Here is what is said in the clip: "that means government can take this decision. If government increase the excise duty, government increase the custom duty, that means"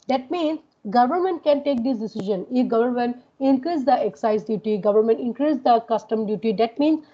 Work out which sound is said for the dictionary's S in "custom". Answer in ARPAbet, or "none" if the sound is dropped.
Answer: S